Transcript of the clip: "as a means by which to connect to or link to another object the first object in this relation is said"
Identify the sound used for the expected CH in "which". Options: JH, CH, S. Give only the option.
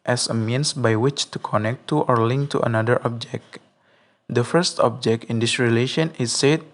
CH